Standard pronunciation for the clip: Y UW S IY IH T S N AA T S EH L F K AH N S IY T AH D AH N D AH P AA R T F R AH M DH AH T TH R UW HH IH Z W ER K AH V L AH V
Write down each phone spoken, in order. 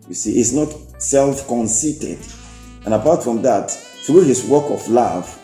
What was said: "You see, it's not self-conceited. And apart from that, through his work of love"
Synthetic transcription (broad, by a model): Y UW S IY T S N AA T S EH L F K AH N S IY T AH D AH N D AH P AA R T F R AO M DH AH T TH R UW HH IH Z W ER K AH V L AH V